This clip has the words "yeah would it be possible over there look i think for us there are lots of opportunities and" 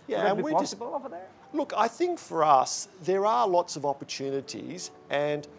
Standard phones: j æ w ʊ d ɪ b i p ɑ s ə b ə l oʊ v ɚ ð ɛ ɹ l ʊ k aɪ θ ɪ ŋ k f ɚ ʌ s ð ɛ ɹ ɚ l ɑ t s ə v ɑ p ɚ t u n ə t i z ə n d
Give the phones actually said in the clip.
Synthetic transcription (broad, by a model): j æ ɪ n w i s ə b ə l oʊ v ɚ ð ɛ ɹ l ʊ k aɪ θ ɪ ŋ k f ɚ ʌ s ð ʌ ɹ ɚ l ɑ t s ə v ɑ p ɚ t u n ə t i z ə n